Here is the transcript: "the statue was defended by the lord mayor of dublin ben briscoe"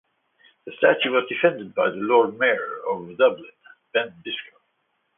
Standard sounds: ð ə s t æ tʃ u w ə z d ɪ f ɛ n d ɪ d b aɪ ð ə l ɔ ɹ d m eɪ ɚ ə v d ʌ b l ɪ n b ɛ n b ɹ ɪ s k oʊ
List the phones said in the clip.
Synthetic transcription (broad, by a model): ð ə s t æ tʃ u w ə z d ɪ f ɛ n d ɪ d b aɪ ð ə l ɔ ɹ d m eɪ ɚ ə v d ʌ b l ɪ n b ɛ n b ɪ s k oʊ